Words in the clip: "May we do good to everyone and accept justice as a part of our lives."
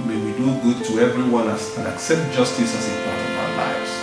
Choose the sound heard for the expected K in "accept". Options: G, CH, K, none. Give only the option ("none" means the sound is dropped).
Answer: K